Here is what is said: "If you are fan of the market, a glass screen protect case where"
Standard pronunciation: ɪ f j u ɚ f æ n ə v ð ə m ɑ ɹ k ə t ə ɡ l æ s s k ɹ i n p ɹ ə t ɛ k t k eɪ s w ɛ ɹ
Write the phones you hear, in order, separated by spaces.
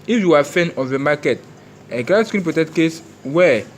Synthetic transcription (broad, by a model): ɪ f j u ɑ f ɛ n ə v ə m ɑ k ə t ə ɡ ɑ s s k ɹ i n p ɹ ə t ɛ k t k eɪ s w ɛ